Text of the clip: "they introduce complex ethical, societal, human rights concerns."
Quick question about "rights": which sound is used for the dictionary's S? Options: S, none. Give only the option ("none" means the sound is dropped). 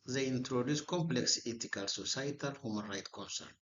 none